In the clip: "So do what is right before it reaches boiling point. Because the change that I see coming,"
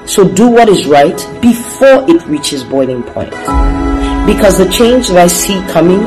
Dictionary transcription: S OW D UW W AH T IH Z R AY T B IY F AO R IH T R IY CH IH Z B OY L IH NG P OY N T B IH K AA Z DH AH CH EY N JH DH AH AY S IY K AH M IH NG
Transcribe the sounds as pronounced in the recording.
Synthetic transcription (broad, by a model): S OW D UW W AH T IH Z R AY T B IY F AO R IH T R IY CH IH Z B OY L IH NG P OY N T B IH K AA Z DH AH CH EY N JH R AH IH S IY K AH M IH NG